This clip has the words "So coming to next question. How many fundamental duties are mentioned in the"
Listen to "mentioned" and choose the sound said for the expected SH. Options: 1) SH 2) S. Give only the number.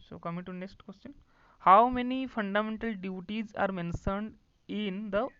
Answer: 2